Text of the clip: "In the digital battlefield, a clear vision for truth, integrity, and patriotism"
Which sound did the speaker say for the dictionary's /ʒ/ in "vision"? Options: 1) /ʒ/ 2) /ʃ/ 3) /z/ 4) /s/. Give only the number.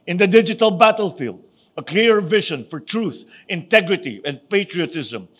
2